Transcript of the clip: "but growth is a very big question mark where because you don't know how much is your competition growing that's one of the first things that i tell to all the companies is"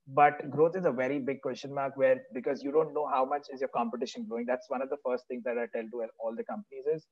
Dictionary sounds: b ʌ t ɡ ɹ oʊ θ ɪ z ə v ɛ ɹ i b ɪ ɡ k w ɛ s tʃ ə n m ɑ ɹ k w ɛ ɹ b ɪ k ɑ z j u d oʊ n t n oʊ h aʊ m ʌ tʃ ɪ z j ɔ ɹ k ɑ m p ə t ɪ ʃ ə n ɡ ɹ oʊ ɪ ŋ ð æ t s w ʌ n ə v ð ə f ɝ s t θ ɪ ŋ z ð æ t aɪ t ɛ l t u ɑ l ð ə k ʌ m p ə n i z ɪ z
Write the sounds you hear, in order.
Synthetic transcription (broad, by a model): b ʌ t ɡ ɹ oʊ t ɪ z ə v ɛ ɹ i b ɪ ɡ k w ɛ s tʃ ə n m ɑ ɹ k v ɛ ɹ b ɪ k ɑ z j u d oʊ n t n oʊ h aʊ m ʌ tʃ ɪ z j ɔ ɹ k ɑ m p ə t ɪ ʃ ə n ɡ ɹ oʊ ɪ ŋ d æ t s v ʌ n ə v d ə f ɝ s t t ɪ ŋ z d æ t aɪ t ɛ l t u ɑ l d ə k ʌ m p ə n i z ɪ z